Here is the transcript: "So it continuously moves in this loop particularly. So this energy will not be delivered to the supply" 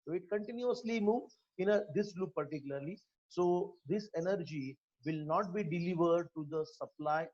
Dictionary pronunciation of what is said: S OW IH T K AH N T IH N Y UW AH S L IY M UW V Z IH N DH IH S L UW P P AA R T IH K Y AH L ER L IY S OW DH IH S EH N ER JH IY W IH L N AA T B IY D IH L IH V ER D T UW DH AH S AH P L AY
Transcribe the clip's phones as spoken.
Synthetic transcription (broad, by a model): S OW IH T K AH N T IH N Y UW AH S L IY M UW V IH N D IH S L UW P P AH R T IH K Y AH L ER L IY S OW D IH S EH N ER JH IY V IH L N AA T B IY D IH L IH V ER D T UW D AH S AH P L AY